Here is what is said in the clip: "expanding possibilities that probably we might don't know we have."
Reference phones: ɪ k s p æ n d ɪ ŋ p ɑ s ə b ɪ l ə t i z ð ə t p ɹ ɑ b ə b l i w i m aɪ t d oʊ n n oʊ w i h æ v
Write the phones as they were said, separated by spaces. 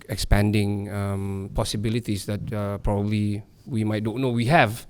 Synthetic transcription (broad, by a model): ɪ k s p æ n d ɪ ŋ p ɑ s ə b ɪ l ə t i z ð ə t p ɹ ɑ b ə b l i w i m aɪ t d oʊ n n oʊ w i h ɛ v